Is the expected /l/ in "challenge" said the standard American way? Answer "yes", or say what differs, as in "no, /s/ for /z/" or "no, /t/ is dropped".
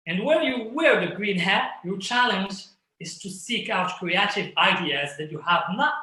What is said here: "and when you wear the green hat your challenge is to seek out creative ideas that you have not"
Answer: yes